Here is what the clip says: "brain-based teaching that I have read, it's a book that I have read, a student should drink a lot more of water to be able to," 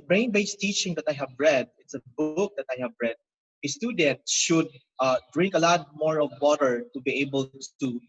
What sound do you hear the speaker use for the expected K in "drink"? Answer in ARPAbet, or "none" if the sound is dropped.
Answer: K